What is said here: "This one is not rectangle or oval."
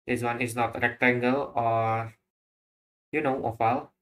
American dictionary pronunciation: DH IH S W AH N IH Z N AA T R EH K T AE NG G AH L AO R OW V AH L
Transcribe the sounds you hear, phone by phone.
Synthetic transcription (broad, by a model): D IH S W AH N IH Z N AA T R EH K T AE NG G AH L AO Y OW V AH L